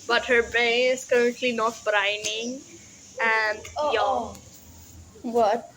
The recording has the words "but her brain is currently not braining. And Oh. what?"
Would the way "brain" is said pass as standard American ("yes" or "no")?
no